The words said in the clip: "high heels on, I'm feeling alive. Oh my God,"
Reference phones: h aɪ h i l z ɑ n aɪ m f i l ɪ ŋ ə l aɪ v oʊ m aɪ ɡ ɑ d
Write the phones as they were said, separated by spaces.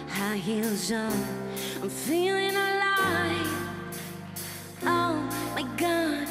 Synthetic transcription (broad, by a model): h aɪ h i l z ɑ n aɪ m f i l ɪ ŋ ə l aɪ oʊ m aɪ ɡ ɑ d